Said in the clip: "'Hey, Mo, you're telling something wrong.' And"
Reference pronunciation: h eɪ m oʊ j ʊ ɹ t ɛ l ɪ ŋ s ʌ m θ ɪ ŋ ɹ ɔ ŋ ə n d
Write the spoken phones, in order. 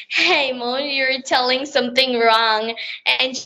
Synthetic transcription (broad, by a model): h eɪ m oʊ j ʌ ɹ t ɛ l ɪ ŋ s ʌ m θ ɪ ŋ ɹ ɔ ŋ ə n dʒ